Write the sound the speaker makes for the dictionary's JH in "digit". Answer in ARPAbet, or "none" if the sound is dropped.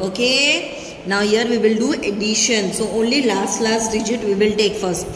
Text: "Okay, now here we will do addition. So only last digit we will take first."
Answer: JH